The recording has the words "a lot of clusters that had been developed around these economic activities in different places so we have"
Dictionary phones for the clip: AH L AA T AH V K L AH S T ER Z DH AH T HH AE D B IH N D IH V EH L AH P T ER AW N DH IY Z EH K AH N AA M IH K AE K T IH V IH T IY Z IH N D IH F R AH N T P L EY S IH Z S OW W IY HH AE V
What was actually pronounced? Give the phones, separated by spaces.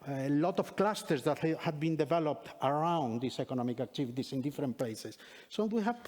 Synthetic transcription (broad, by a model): L AA T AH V K L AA S T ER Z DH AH T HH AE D B IH N D IH V EH L AH P T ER AW N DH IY S EH K AH N AA M IH K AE K T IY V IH T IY S IH N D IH F R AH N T P L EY S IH S OW W IY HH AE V